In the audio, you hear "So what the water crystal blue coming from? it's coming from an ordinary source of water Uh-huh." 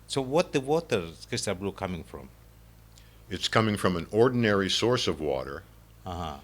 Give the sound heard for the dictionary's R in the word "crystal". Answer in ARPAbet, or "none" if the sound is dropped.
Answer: none